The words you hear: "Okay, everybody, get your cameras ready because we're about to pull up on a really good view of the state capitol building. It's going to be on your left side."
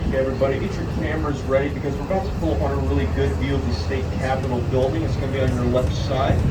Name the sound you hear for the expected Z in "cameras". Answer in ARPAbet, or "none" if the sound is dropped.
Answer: Z